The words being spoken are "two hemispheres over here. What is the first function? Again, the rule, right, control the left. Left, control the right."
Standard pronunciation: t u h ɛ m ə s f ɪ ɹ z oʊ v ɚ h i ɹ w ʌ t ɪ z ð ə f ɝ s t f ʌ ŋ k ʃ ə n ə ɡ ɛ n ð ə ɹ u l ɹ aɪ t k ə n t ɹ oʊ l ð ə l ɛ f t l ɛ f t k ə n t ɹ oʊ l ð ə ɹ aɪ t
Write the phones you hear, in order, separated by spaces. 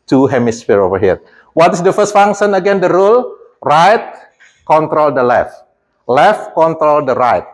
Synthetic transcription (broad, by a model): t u h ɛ m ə s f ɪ ɹ oʊ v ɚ h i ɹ w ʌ t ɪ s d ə f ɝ s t f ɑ ŋ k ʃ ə n ə ɡ ɛ n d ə ɹ u l ɹ aɪ t k ə n t ɹ oʊ l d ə l ɛ f t l ɛ f t k ə n t ɹ oʊ l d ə ɹ aɪ t